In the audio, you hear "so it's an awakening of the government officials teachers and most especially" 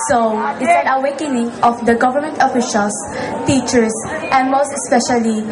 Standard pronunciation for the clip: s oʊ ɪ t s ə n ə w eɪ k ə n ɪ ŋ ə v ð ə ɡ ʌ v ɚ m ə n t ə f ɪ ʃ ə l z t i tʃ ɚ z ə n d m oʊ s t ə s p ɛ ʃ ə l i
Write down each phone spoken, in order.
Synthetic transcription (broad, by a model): s oʊ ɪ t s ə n ə w eɪ k ə n ɪ ŋ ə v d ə ɡ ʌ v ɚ m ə n t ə f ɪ ʃ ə l s t i tʃ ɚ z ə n m oʊ s t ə s p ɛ ʃ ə l i